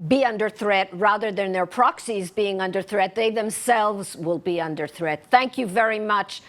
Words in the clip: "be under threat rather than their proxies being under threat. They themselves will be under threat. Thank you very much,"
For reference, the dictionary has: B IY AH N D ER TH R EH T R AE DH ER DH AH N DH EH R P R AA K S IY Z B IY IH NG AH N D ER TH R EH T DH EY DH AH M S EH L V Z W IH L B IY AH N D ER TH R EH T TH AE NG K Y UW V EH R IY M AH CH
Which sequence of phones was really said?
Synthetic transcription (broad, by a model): B IY AH N D ER TH R EH T R AE DH ER DH AH N DH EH R P R AA K S IY Z B IY IH NG AH N D ER TH R EH T DH EY DH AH M S EH L V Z W IH L B IY AH N D ER TH R EH T TH AE NG K Y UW V EH R IY M AH CH